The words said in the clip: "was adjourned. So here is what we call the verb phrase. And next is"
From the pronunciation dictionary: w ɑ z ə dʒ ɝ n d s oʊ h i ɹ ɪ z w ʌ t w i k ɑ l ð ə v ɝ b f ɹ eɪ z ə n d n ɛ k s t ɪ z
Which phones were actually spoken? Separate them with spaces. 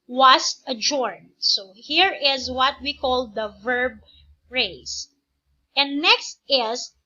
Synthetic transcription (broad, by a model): w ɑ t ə dʒ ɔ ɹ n s oʊ h i ɹ ɪ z w ʌ t w i k ɑ l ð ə v ɝ b ɹ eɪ s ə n n ɛ k s t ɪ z